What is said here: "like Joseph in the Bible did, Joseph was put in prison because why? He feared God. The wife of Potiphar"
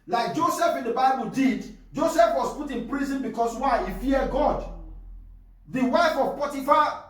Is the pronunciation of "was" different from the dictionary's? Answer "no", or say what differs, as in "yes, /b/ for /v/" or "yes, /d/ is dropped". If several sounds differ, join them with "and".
yes, /s/ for /z/